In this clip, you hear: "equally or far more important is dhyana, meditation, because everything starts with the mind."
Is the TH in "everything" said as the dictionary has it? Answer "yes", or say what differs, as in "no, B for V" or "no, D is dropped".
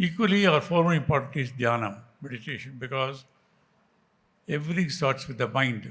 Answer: no, T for TH